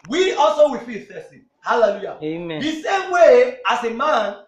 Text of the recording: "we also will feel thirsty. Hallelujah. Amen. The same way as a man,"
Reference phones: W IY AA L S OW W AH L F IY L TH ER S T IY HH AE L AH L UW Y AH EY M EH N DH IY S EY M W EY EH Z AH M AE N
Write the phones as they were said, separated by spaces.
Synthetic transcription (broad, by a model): W IY AA L S OW W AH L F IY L F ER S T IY HH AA L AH L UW Y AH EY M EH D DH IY S EY M W EY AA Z AH M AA N